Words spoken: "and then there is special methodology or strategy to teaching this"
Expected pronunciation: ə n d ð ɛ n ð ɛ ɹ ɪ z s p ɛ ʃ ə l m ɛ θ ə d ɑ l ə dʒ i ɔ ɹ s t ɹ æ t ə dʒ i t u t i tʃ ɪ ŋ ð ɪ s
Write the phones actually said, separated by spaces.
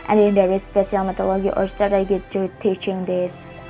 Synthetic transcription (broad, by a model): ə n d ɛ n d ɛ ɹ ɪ s p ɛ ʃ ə l m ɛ t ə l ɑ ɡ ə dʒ ɔ ɹ s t ɑ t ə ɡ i t u t i tʃ ɪ ŋ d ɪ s